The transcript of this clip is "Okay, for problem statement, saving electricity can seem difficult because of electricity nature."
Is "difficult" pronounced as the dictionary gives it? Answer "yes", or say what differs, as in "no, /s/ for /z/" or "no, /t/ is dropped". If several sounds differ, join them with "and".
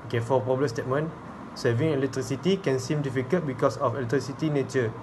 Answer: no, /l/ is dropped